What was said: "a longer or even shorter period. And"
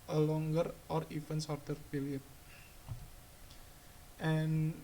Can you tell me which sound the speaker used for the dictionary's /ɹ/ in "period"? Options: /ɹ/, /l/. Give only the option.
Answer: /l/